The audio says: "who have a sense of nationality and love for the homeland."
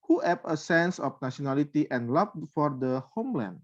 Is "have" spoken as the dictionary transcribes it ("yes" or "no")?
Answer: no